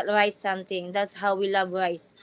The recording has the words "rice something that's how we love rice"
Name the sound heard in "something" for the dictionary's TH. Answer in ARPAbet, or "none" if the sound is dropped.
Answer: T